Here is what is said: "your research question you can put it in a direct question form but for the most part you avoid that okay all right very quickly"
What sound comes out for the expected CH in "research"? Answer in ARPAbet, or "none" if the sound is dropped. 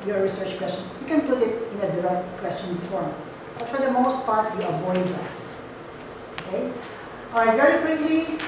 CH